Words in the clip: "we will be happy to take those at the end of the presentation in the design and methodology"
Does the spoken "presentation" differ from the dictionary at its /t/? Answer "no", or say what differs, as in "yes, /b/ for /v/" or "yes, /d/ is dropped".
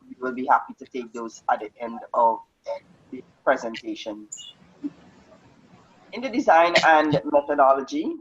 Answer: no